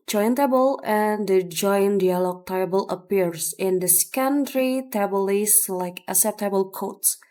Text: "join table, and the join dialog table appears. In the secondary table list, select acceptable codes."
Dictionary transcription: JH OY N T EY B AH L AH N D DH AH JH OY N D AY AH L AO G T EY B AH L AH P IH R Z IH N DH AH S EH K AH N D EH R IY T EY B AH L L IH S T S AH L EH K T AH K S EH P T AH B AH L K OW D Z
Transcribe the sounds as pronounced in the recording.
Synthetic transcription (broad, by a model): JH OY N T EY B AH L AH N D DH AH JH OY N D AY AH L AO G T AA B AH L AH P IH R S IH N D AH S K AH N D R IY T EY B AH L L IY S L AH IH K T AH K S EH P T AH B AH L K OW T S